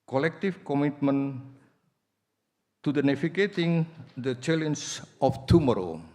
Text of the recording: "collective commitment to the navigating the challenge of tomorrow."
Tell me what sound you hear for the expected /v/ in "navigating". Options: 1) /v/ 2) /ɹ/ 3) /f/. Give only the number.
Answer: 3